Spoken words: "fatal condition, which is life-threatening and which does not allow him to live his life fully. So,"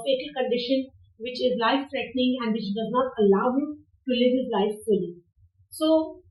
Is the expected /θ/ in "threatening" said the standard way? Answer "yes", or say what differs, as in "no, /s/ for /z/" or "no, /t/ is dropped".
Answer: no, /s/ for /θ/